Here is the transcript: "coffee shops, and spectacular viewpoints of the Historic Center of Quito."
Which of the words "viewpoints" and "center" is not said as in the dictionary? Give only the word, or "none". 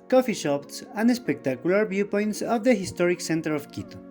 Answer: viewpoints